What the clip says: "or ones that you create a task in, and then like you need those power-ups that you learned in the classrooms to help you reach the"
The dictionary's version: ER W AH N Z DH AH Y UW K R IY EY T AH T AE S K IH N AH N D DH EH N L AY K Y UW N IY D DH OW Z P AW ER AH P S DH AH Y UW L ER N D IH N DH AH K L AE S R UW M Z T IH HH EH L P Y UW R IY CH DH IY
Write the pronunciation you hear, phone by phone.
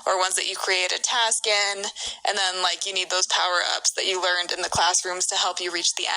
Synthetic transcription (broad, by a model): ER W AH N Z DH AH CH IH K R IY EY T AH T AE S K IH N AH N DH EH N L AY K Y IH N IY D DH OW Z P AW ER AH P S DH AH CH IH L ER N D IH N DH AH K L AE S R UW M Z T IH HH EH L P Y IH R IY CH DH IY